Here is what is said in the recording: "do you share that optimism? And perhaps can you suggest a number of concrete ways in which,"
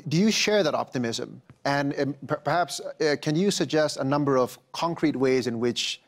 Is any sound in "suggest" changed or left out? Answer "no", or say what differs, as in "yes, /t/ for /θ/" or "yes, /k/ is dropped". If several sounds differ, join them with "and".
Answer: no